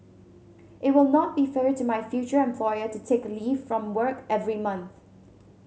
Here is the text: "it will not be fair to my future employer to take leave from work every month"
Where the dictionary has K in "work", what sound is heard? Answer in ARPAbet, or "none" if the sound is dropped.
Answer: K